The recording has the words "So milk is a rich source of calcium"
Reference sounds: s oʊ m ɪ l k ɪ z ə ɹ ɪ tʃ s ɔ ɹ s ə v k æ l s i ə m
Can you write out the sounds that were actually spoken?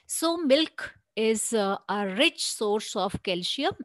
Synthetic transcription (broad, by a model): s oʊ m ɪ l k ɪ z ə ɹ ɪ tʃ s ɔ ɹ s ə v k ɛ l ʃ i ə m